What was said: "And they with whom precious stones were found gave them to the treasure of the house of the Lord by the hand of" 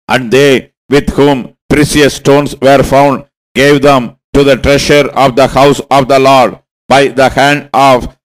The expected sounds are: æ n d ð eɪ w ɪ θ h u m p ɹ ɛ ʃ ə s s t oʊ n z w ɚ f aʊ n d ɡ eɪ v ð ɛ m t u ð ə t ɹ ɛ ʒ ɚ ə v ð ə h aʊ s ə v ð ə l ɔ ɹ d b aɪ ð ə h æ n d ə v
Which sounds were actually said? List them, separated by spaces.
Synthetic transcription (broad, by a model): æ n d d eɪ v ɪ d h u m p ɹ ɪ s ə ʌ s t oʊ n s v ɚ f aʊ n d ɡ eɪ v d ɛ m t u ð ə t ɹ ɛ ʃ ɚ ə v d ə h aʊ s ə v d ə l ɔ ɹ d b aɪ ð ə h æ n d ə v